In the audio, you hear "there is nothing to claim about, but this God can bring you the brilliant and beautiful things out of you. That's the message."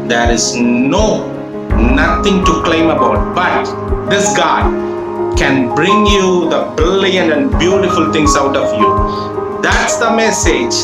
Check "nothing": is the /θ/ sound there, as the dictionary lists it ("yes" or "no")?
no